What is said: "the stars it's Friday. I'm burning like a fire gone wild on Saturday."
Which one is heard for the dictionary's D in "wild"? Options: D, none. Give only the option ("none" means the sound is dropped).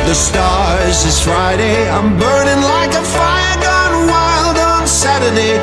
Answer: D